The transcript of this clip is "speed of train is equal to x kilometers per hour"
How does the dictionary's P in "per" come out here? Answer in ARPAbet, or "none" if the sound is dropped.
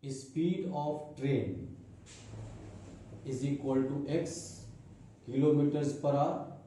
P